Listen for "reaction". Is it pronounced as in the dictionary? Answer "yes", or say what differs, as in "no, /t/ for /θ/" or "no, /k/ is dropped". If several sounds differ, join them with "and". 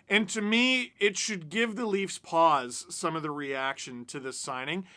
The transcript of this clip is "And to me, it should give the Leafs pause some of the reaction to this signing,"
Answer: yes